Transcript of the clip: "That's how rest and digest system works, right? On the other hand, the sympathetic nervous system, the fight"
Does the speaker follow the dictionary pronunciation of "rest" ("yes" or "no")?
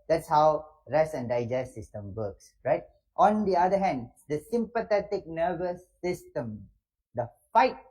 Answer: no